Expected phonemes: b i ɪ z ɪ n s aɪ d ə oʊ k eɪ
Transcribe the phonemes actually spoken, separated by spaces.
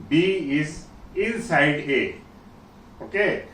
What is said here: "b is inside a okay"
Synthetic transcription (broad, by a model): b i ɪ s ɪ l s aɪ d ə oʊ k eɪ